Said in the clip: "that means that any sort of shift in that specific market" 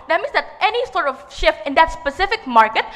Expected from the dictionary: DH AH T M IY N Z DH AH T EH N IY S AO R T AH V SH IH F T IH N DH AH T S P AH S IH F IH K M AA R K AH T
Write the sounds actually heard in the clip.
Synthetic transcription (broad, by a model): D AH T M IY N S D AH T EH N IY S AO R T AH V SH IH F T IH N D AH T S P AH S IH F IH K M AA R K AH T